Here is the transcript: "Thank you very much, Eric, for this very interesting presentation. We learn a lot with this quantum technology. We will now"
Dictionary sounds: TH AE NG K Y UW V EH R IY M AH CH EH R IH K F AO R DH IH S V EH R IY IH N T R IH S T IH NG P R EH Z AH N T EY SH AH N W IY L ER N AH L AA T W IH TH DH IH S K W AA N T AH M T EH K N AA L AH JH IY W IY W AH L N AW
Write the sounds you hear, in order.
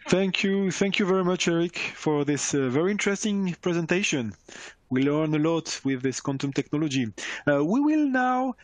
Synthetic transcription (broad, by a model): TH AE NG K Y UW V EH R IY M AH CH EH R IH K F AO R DH IH S V EH R IY IH N T R IH S T IH NG P R EH Z AH N T EY SH AH N W IY L ER N AH L AA T W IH DH IH S K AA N T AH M T EH K N AA L AH JH IY W IY W AH L N AW